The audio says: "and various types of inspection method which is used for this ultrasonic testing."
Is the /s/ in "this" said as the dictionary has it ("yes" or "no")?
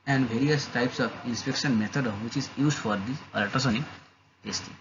no